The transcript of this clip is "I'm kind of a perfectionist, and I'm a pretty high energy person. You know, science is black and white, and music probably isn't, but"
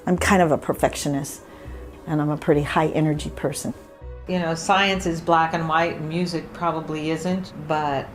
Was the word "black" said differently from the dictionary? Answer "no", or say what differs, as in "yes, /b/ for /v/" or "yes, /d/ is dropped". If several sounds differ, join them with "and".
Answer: no